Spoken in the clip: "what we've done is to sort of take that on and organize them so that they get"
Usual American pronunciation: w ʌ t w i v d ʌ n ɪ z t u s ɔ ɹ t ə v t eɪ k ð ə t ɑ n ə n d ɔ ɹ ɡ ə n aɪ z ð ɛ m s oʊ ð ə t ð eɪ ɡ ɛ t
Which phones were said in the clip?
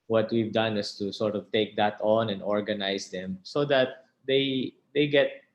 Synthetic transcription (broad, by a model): w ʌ t w i v d ʌ n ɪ s t u s ɔ ɹ t ə v t eɪ k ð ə t ɑ n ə n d ɔ ɹ ɡ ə n aɪ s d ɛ m s oʊ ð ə t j eɪ ɡ ɛ t